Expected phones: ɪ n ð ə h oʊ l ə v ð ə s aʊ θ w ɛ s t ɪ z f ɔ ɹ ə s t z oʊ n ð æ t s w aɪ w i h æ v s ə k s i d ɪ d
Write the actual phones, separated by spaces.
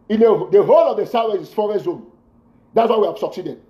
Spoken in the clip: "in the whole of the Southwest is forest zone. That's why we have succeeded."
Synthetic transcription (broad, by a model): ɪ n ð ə h oʊ l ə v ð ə s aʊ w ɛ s ɪ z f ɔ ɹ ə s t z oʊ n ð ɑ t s w aɪ w i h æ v s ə k s i d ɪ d